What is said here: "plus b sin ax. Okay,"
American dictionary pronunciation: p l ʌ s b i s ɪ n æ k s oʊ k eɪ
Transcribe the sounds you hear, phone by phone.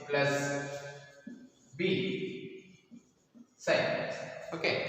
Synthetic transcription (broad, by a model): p l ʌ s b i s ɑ ɪ s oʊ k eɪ